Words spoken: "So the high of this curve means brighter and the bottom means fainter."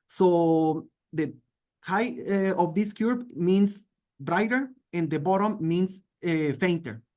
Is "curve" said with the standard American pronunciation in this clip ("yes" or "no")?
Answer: no